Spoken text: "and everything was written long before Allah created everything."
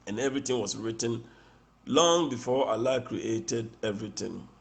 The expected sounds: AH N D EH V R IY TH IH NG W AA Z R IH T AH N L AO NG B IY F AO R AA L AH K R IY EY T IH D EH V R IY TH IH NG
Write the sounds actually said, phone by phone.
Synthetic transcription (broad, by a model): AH N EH V R IY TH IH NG W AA S R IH T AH N L AO NG B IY F AO AA L AH K R IY EY T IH D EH V R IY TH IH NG